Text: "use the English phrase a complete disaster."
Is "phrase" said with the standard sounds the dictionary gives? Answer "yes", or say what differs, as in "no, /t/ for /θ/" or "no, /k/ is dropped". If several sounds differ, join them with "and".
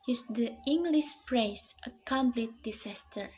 no, /p/ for /f/